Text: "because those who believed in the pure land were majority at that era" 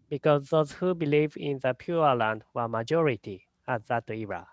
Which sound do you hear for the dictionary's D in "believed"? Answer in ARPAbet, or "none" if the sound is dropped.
none